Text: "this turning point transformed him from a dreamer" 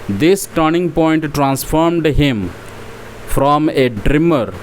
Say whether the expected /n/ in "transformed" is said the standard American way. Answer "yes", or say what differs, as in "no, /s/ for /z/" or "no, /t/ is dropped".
yes